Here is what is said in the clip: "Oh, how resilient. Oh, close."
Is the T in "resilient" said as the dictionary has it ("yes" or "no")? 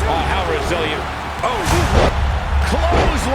no